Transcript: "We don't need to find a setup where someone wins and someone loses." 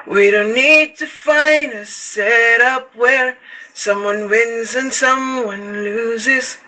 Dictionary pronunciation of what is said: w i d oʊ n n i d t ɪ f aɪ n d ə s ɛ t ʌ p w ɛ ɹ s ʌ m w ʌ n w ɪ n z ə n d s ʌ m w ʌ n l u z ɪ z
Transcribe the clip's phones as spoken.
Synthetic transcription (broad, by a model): w i d oʊ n n i d t ɪ f aɪ n d ə s ɛ t ʌ p w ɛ ɹ s ʌ m w ʌ n w ɪ n z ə n s ʌ m w ʌ n l u z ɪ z